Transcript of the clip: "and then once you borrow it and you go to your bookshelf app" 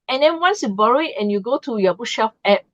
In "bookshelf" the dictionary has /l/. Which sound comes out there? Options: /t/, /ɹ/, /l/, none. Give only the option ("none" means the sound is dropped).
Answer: none